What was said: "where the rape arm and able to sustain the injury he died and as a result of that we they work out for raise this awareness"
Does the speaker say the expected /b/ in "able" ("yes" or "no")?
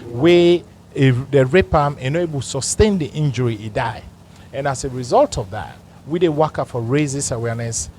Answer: no